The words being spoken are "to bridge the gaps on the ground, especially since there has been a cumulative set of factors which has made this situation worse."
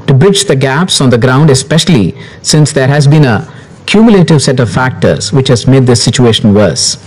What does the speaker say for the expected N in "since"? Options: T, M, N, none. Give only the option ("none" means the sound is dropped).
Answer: N